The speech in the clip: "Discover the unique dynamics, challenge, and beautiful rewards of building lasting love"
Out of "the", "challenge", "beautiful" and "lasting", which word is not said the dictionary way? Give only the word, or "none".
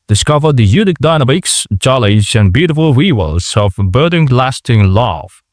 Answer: challenge